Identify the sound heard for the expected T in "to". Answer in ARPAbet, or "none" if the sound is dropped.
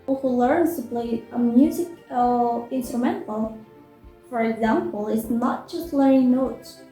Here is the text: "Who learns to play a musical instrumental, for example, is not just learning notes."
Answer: S